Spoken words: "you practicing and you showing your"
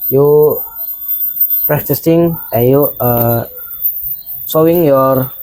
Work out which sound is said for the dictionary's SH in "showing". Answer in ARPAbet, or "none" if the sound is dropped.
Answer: S